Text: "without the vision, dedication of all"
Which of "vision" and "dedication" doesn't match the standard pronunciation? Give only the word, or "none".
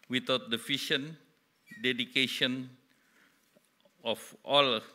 vision